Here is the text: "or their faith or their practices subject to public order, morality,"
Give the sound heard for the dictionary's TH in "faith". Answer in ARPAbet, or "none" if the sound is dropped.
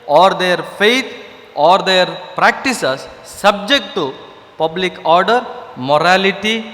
T